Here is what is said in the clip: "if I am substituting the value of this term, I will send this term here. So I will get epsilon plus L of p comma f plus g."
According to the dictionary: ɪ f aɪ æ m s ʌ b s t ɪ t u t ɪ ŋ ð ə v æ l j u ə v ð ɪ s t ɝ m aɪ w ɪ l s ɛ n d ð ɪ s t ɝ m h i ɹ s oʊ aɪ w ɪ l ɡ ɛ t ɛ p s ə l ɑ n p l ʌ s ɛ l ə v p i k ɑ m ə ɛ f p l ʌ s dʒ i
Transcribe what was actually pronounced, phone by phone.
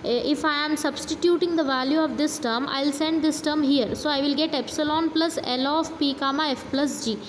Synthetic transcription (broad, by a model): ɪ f aɪ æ m s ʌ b s t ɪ t u t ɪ ŋ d ə v æ l j u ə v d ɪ s t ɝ m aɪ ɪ l s ɛ n d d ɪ s t ɝ m h i ɹ s oʊ aɪ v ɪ l ɡ ɛ t ɛ p s ə l ɑ n p l ʌ s ɛ l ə f p i k ɑ m ə ɛ f p l ʌ s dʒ i